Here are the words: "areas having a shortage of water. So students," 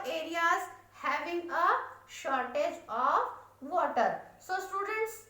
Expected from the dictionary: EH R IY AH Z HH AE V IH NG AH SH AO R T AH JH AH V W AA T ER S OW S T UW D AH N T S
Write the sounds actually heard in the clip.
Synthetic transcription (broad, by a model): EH R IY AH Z HH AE V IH NG AH SH AO R T AH JH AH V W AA T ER S OW S T UW D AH N T S